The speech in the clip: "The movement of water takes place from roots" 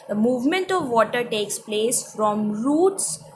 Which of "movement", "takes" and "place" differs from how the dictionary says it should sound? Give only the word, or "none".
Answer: none